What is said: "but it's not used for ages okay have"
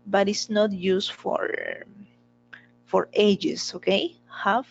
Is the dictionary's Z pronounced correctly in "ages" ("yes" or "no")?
no